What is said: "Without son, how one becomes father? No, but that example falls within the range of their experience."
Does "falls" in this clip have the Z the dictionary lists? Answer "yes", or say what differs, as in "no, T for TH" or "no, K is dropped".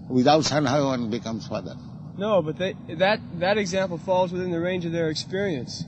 yes